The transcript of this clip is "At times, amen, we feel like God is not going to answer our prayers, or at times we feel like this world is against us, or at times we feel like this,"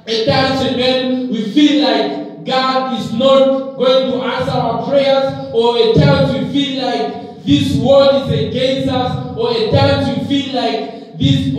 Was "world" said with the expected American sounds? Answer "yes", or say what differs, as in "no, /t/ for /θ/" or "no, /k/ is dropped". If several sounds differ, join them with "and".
no, /l/ is dropped